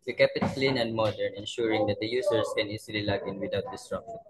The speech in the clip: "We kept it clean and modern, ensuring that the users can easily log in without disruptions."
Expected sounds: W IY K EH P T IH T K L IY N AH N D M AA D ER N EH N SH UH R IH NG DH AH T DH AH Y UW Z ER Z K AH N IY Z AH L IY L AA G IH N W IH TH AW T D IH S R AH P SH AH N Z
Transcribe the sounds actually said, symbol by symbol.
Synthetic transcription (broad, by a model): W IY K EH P IH T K L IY N AH N D M AA D ER N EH N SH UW R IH NG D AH T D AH Y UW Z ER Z K AH N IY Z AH L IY L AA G IH N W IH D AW T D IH S R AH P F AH